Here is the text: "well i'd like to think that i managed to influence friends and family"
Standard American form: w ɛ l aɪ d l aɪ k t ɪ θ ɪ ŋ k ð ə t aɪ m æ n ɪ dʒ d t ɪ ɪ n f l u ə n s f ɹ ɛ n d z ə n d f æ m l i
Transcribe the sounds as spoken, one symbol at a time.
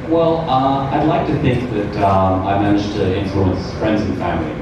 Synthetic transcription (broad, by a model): w ɛ l aɪ d l aɪ k t ɪ θ ɪ ŋ k ð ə t aɪ m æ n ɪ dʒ t ɪ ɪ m f l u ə n s f ɹ ɛ n d z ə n f æ m l i